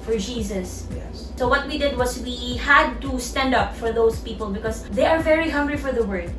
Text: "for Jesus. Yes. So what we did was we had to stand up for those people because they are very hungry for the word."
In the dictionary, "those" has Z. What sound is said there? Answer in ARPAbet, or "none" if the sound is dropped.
S